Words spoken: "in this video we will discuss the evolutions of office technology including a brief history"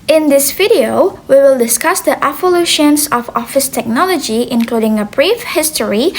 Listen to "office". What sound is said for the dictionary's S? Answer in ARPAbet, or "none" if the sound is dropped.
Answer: S